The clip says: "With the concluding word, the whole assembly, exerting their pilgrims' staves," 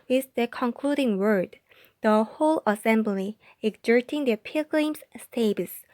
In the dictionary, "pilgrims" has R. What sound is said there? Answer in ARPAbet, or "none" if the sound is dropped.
L